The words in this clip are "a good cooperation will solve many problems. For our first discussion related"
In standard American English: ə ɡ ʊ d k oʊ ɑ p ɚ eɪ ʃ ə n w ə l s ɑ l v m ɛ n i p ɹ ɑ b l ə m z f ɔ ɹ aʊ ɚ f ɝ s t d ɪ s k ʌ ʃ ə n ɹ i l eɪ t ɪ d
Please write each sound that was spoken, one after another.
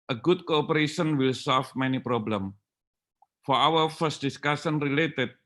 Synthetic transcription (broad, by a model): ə ɡ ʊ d k oʊ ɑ p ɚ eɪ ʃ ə n w ə l s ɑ l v m ɛ n i p ɹ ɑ b l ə m f ɔ ɹ aʊ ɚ f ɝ s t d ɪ s k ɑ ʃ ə n ɹ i l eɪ t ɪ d